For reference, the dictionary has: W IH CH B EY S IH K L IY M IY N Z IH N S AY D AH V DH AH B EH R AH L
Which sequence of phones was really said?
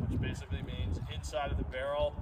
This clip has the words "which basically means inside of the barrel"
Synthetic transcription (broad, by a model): W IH CH B EY S IH K L IY M IY N Z IH N S AY D AH V DH AH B EH R L